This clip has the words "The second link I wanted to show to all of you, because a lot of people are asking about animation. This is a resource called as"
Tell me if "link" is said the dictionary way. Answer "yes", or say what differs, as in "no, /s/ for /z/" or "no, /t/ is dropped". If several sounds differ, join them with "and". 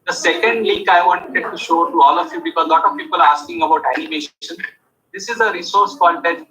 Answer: no, /ŋ/ is dropped